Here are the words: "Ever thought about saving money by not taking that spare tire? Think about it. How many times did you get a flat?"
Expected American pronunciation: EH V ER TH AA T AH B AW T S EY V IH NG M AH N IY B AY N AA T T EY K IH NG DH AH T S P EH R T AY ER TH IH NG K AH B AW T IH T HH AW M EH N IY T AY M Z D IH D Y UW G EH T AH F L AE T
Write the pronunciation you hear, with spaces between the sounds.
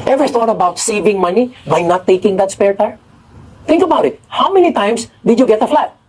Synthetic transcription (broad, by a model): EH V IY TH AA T AH B AW T S EY V IH NG M AH N IY B AY N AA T T EY K IH NG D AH T S P EH R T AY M T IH NG K AH B AW T IH T HH AW M EH N IY T AY M S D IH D Y UW G EH T AH F L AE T